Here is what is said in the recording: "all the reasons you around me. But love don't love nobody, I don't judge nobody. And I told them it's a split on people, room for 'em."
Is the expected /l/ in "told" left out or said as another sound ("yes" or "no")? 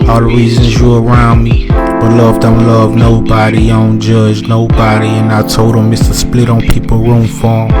yes